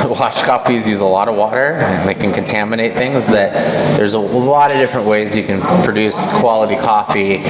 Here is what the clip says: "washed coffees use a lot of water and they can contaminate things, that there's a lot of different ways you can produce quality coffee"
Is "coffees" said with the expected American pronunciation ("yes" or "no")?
yes